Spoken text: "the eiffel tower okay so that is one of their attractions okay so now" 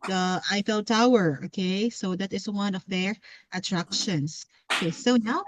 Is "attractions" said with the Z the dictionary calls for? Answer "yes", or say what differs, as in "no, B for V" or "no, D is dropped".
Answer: no, S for Z